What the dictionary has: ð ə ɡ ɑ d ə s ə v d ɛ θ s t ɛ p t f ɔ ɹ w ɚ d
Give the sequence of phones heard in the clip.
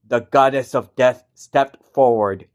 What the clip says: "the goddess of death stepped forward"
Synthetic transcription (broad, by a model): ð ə ɡ ɑ d ə s ə v d ɛ θ s t ɛ p t f ɔ ɹ w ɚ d